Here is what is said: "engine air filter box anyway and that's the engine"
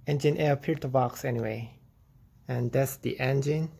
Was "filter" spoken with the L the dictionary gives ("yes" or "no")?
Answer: no